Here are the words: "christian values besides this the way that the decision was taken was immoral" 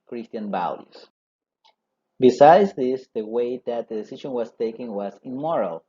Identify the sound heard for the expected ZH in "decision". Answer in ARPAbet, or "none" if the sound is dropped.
SH